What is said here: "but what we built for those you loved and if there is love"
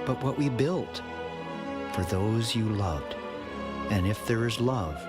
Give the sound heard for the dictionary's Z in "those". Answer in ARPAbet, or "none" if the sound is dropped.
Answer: Z